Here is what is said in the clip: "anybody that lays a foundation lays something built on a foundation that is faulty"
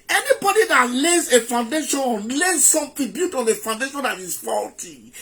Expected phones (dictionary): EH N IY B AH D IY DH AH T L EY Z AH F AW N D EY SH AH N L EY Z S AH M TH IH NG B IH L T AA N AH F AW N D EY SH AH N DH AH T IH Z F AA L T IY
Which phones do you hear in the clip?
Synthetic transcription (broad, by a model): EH N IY B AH D IY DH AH T L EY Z AH F AW N D EY SH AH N L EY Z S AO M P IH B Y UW T AA N AH F AW N D EY SH AH N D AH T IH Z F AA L T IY